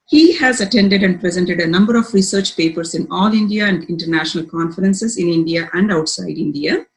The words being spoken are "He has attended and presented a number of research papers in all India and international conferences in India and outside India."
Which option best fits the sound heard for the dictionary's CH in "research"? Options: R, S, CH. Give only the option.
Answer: CH